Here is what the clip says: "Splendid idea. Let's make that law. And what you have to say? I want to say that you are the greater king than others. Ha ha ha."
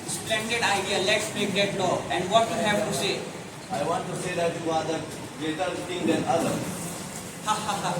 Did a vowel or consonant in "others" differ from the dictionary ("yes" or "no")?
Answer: yes